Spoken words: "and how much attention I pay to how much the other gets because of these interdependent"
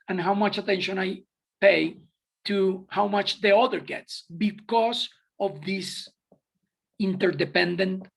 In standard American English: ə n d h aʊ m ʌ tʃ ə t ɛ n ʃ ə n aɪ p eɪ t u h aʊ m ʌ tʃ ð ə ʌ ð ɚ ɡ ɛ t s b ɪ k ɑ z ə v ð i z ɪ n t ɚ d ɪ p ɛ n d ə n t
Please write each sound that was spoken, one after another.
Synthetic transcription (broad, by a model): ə n h aʊ m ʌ tʃ ə t ɛ n ʃ ə n aɪ p eɪ t u h aʊ m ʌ tʃ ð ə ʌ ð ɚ ɡ ɛ t s b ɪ k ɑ s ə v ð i s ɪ n t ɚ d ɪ p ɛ n d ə n t